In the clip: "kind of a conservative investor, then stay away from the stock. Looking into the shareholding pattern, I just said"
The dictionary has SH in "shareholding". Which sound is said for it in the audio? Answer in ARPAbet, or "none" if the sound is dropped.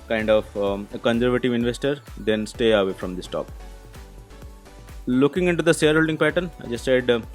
S